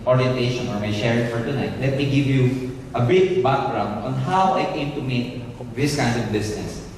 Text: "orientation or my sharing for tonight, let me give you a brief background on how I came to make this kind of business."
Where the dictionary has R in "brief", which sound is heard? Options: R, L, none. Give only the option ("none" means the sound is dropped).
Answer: none